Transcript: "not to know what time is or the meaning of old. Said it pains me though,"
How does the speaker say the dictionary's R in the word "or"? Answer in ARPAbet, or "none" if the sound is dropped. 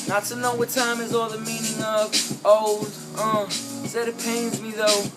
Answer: L